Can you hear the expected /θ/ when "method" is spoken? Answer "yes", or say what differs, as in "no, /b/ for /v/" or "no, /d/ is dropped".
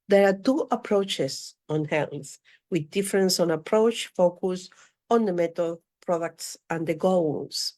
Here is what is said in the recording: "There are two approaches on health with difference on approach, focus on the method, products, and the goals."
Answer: no, /t/ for /θ/